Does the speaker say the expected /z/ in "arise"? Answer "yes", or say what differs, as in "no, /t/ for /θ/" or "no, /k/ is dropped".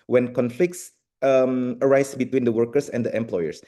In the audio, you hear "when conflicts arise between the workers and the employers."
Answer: no, /s/ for /z/